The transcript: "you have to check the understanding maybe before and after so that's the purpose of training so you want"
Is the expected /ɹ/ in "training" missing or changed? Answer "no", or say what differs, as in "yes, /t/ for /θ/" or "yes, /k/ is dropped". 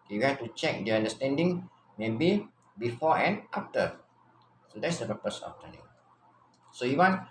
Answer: yes, /ɹ/ is dropped